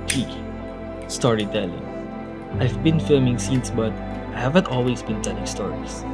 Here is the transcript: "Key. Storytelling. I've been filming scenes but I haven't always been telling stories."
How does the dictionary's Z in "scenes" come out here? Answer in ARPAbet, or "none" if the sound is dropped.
S